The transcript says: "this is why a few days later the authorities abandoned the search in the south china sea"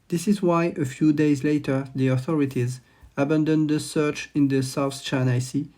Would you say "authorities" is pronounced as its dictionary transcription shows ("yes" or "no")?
yes